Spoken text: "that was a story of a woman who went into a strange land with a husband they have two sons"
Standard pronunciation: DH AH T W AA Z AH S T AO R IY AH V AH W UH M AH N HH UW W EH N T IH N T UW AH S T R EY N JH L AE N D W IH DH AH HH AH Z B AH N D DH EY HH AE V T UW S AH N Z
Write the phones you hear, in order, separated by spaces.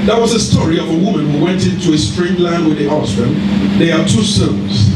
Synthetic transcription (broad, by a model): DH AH T W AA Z AH S T AO R IY AH V AH W UH M AH N HH UW W EH N T IH N T UW AH S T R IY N L AE N D W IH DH AH HH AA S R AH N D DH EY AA T UW S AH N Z